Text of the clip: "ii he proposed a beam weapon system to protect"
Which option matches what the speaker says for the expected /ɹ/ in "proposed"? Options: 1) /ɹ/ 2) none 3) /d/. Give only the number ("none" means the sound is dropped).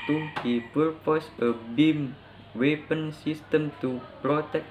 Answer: 2